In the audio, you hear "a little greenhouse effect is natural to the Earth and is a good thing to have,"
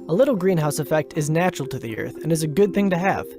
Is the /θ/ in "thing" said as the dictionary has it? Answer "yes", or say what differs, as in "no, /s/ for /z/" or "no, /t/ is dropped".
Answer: yes